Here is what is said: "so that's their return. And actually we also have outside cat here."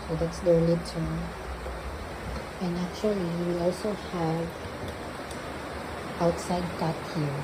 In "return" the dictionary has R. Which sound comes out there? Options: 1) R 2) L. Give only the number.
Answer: 2